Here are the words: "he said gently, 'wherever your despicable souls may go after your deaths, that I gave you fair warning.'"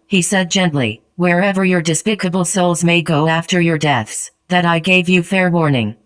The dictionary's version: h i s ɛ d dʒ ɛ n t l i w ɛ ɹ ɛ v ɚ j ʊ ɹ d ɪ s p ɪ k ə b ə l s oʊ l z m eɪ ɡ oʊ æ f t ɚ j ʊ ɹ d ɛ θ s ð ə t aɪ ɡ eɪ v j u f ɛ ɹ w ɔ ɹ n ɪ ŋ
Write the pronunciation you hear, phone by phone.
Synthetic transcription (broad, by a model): h i s ɛ d dʒ ɛ n t l i w ɛ ɹ ɛ v ɚ j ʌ ɹ d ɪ s p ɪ k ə b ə l s oʊ l z m eɪ ɡ oʊ æ f t ɚ j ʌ ɹ d ɛ θ s ð ə t aɪ ɡ eɪ v j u f ɛ ɹ w ɔ ɹ n ɪ ŋ